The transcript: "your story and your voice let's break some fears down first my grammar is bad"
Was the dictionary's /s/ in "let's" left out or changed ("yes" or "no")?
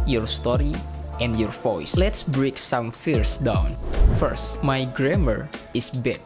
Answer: no